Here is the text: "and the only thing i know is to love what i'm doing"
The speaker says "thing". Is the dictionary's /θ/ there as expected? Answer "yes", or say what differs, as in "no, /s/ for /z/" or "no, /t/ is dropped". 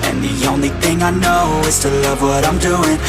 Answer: yes